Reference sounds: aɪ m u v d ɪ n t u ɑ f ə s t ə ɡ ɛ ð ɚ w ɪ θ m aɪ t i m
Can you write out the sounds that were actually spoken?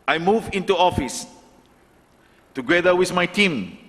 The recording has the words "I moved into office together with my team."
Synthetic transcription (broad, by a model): aɪ m u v ɪ n t u ɑ f ə s t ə ɡ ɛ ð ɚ w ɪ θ m aɪ t i m